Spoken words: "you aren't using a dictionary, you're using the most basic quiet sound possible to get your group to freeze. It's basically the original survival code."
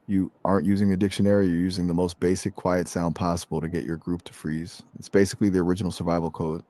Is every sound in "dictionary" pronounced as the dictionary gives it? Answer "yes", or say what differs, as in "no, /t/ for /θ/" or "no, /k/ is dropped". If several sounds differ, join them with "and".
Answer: yes